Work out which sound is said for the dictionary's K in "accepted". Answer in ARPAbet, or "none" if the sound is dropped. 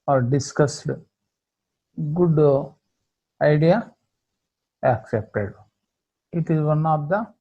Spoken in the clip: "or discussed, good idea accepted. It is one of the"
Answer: K